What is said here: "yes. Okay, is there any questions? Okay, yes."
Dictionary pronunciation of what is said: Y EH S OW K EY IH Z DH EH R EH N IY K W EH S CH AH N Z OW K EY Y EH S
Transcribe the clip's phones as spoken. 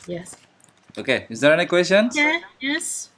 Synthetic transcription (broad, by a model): Y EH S OW K EY IH Z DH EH R EH N IY K W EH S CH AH N EH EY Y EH S